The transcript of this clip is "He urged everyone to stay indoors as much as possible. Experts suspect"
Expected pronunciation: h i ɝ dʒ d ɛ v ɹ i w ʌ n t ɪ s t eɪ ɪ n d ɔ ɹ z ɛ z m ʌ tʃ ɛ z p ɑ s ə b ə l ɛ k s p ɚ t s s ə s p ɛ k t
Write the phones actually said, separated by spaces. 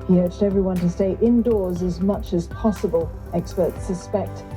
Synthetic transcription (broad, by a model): h i ɝ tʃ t ɛ v ɹ i w ʌ n t ɪ s t eɪ ɪ n d ɔ ɹ z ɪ z m ʌ tʃ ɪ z p ɑ s ə b ə l ɛ k s p ɚ t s s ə s p ɛ k t